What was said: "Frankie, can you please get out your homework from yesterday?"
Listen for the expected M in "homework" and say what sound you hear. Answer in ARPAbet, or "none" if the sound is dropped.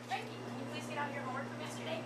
none